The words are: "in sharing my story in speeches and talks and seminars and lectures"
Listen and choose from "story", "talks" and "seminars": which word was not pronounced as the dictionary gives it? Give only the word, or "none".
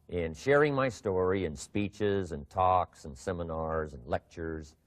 none